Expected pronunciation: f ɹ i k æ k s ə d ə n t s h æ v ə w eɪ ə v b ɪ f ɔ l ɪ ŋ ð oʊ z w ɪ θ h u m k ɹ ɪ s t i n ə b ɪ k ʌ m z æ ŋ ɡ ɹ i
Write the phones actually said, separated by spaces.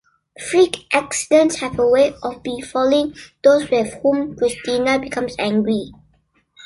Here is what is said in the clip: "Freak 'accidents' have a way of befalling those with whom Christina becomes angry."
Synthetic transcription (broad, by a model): f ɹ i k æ k s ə d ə n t s h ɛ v ə w eɪ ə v b ɪ f ɔ l ɪ ŋ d oʊ s w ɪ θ h u m k ɹ ɪ s t i n ə b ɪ k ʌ m s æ ŋ ɡ ɹ i